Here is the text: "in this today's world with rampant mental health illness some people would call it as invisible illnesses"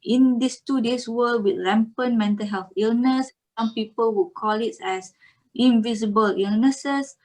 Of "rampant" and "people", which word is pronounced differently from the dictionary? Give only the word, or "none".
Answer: rampant